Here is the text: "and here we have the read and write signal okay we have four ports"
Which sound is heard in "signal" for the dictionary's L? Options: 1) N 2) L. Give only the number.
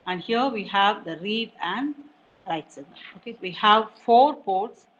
1